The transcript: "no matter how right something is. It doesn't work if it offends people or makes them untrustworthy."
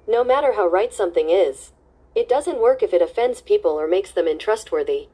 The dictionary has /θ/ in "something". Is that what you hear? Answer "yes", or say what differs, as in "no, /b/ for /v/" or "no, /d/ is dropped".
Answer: yes